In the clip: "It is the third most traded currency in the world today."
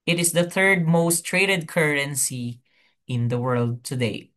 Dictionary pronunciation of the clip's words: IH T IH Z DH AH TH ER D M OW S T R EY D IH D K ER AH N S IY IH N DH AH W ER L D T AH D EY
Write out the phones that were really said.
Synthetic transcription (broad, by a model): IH T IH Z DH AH TH ER D M OW S T R EY D IH D K ER AH N S IY IH N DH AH W ER L D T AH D EY